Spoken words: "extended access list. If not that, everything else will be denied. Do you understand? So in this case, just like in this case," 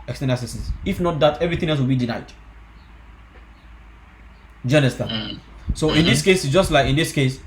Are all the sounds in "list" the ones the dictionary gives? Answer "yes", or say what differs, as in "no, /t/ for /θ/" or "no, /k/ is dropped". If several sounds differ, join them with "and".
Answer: no, /t/ is dropped